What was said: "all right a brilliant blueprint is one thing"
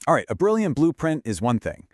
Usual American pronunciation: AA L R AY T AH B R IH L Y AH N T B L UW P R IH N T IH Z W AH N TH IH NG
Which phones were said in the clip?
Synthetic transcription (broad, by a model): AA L R AY T AH B R IH L Y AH N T B L UW P R IH N T IH Z W AH N TH IH NG